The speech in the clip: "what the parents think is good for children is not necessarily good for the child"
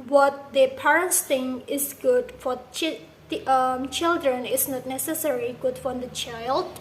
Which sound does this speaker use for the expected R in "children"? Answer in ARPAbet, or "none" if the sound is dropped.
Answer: R